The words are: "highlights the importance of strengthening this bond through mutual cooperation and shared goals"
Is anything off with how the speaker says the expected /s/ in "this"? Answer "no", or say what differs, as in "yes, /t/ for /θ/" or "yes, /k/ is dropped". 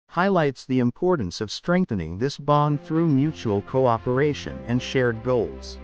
no